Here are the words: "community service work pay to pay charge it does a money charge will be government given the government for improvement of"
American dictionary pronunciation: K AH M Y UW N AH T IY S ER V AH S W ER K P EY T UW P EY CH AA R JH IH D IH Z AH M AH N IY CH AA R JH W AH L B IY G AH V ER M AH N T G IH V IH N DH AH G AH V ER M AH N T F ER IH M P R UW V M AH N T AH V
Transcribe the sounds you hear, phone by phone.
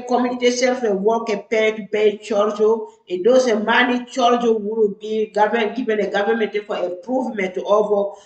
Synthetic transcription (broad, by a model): K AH M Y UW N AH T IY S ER F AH W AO K P EY T UW P EY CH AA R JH IH D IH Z AH M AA N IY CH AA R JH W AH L B IY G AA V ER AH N G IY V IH N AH G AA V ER M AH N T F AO IH M P R UW V M AH N T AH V